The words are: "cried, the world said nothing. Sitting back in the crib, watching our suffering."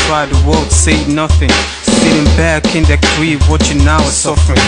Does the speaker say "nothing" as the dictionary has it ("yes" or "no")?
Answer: yes